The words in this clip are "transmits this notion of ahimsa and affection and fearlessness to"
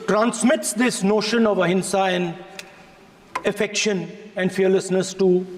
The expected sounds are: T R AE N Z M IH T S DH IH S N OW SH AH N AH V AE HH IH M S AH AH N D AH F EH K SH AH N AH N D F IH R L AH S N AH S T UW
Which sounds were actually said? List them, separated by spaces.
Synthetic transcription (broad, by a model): T R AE N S M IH T S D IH S N OW SH AH N AH V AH HH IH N S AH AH N AH F EH K SH AH N AH N D F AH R L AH S N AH S T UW